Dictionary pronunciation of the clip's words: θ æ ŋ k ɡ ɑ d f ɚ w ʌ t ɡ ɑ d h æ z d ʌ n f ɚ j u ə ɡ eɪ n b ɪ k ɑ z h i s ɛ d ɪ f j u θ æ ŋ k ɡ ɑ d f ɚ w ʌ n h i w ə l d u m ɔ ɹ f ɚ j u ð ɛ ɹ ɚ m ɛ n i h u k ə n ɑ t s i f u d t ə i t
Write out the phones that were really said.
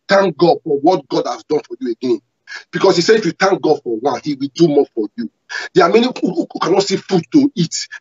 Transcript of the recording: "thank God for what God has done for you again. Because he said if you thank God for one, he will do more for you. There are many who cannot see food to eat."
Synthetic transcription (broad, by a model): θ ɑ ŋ k ɡ ɑ d f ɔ w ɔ t ɡ ɑ d h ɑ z d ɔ n f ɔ j u ə ɡ eɪ n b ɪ k ɑ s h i s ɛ ɪ f j u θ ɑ ŋ k ɡ ɑ d f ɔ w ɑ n h i w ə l d u m ɔ f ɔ j u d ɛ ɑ m ɛ n i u k ə n ɑ t s i f u d t ə i t